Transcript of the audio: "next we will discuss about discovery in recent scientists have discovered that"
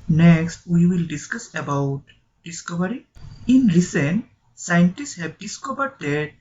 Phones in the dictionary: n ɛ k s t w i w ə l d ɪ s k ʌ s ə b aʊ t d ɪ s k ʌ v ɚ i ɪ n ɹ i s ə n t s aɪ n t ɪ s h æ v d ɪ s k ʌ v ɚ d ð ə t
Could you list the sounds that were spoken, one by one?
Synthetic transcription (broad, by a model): n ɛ k s t w i w ə l d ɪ s k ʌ s ə b aʊ t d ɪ s k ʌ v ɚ i ɪ n ɹ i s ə n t s aɪ n t ɪ s h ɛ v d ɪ s k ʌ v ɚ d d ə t